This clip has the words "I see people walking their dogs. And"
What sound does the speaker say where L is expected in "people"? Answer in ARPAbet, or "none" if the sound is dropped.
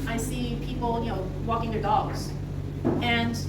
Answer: N